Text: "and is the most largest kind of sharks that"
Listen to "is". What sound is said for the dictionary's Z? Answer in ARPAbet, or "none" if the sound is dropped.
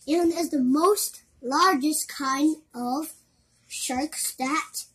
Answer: Z